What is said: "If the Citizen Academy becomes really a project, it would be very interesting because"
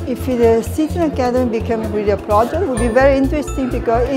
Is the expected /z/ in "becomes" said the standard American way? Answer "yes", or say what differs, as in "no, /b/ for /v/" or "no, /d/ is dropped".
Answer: no, /z/ is dropped